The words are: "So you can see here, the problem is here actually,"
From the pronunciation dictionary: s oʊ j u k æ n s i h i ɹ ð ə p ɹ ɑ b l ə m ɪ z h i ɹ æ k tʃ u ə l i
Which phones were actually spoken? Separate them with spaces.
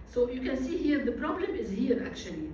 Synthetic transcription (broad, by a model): s oʊ j u k æ n s i h i ɹ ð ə p ɹ ɑ b l ə m ɪ z h i ɹ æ k tʃ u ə l i